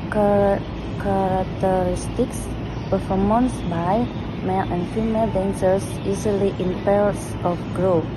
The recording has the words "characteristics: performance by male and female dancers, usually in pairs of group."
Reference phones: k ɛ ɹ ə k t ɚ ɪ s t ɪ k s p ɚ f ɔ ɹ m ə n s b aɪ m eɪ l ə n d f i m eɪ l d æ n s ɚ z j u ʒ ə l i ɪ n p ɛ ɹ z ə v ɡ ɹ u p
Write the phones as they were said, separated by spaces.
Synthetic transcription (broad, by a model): k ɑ ɹ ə k t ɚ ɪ s t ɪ k s p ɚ f ɔ m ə n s b aɪ m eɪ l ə n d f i m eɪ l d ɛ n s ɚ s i z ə l i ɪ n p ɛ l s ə f ɡ ɹ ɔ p